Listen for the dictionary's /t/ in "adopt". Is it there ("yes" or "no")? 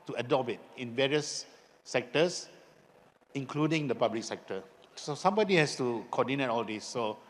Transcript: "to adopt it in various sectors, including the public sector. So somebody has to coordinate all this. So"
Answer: no